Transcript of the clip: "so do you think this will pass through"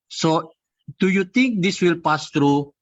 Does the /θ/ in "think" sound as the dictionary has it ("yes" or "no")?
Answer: no